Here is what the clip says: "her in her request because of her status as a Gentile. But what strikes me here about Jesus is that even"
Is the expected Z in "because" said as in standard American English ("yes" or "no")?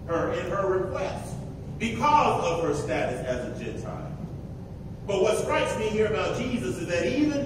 yes